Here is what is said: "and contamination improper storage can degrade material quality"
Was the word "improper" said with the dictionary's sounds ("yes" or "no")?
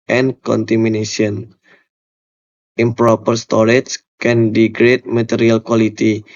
yes